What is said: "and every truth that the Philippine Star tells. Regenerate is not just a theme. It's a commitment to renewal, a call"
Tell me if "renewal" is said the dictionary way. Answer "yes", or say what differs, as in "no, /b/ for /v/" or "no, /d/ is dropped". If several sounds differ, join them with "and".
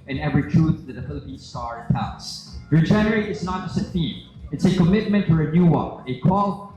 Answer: no, /n/ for /l/